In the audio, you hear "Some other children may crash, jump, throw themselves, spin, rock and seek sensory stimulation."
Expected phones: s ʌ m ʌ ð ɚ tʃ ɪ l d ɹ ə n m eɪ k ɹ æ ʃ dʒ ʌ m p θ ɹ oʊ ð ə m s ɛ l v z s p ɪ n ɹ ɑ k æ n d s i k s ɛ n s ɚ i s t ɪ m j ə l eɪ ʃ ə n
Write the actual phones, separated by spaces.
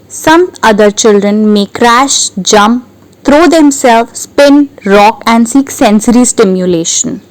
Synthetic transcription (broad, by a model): s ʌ m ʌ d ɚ tʃ ɪ l d ɹ ə n m eɪ k ɹ æ ʃ dʒ ʌ m p t ɹ oʊ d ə m s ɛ l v s p ɪ n ɹ ɑ k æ n d s i k s ɛ n s ɚ i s t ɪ m j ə l eɪ ʃ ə n